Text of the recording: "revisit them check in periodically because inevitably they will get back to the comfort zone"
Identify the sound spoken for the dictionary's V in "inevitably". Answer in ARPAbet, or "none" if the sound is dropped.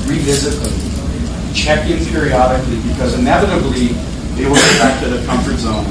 V